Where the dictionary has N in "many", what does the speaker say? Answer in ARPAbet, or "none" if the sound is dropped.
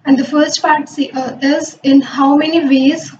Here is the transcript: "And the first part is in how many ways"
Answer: N